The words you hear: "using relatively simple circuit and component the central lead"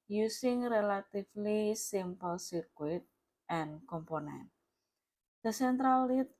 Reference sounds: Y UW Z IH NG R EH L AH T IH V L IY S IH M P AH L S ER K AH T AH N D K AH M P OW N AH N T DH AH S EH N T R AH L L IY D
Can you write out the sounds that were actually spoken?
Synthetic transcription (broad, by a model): Y UW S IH NG R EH L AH T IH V L IY S IH M P AH L S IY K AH T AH N K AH M P OW N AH N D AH S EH N T R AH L L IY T